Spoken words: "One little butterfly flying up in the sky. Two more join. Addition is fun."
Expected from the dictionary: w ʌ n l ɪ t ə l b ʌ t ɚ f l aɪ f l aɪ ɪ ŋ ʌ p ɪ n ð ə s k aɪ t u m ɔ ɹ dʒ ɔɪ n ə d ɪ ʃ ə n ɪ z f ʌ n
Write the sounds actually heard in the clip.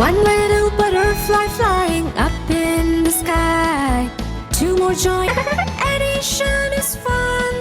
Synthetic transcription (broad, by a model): ʌ n l ɪ t l b ʌ t ɚ f l aɪ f l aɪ ɪ ŋ ʌ p ɪ n ð ə s k aɪ t u m ɔ ɹ dʒ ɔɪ ə d ɪ ʃ ə n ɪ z f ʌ n